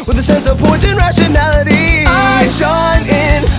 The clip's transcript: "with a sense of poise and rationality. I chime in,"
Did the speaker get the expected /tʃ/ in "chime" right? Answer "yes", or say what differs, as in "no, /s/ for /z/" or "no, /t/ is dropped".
no, /ʃ/ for /tʃ/